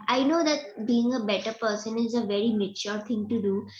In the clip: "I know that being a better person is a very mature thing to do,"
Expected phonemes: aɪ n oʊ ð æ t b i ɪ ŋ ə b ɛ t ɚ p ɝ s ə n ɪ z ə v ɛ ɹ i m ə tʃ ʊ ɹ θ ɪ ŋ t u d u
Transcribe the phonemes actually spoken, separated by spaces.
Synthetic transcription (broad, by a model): aɪ n oʊ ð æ t b i ɪ ŋ ə b ɛ t ɚ p ɝ s ə n ɪ z ə v ɛ ɹ i m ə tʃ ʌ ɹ t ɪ ŋ t u d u